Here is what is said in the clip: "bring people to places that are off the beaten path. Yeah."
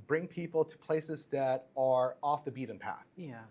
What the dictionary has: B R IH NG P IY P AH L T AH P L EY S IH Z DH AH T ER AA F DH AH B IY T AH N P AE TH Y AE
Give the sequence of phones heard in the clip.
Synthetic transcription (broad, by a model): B R IH NG P IY P L T AH P L EY S IH Z DH AH T ER AA F DH AH B IY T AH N P AE TH Y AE